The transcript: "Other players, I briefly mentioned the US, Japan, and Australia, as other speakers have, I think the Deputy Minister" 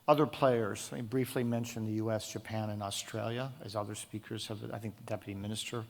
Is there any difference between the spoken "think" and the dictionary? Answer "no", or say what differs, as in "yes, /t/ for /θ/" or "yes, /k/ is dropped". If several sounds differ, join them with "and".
no